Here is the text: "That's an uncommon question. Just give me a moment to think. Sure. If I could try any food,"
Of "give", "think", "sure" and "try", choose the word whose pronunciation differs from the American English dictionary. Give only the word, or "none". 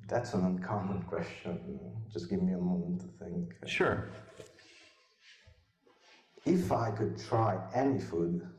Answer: none